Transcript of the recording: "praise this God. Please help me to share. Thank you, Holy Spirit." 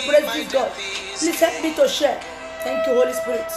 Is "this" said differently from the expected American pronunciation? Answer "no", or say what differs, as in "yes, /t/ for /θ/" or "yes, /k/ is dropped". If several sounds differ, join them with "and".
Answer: yes, /s/ is dropped